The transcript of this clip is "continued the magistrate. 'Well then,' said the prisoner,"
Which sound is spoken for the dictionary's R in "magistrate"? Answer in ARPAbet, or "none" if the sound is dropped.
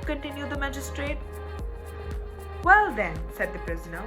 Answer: R